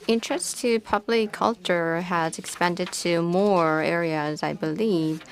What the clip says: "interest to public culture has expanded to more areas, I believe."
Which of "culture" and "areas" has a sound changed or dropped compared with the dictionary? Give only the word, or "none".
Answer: none